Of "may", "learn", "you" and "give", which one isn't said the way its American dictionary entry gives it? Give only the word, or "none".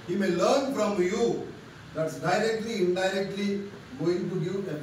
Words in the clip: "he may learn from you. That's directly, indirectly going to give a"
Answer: give